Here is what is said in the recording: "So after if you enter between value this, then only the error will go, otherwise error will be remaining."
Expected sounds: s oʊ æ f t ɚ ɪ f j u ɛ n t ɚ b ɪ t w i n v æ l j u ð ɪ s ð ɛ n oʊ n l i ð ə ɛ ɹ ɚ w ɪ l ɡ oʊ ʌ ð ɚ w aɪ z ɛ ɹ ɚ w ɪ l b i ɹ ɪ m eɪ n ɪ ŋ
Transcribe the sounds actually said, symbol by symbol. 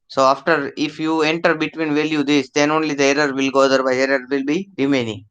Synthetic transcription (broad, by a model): s oʊ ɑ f t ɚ ɪ f j u ɛ n t ɚ b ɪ t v i n v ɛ l j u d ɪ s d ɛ n oʊ n l i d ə ɛ ɹ ɚ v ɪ l ɡ oʊ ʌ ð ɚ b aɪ ɛ ɹ ɚ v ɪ l b i ɹ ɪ m eɪ n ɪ ŋ